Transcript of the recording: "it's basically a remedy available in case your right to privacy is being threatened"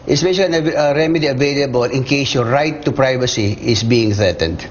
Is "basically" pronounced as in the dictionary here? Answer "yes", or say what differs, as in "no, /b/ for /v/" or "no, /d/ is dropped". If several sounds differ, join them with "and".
no, /ʃ/ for /s/ and /k/ is dropped